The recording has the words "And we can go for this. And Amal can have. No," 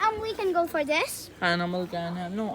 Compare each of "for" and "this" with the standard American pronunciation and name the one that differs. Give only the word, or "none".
none